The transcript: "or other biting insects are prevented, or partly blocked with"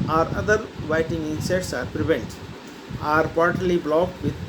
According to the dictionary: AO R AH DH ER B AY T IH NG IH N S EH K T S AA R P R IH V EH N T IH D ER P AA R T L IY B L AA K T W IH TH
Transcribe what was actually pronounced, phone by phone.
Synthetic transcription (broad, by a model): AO R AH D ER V AY T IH NG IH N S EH T S AA R P R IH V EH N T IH ER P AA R T L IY B L AA K T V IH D